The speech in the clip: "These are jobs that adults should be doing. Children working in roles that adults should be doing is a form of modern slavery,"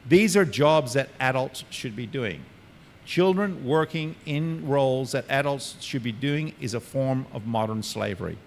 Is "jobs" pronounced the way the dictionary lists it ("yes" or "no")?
yes